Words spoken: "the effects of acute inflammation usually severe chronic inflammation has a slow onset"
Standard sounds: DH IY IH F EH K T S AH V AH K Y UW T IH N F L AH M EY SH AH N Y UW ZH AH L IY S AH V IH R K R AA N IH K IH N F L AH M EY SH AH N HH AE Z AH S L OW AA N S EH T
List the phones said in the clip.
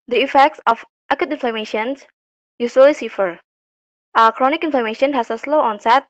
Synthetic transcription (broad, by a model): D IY IH F EH K T S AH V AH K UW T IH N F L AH M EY SH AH N Y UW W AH L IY S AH F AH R K R AA N IH K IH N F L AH M EY SH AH N HH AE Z AH S L OW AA N S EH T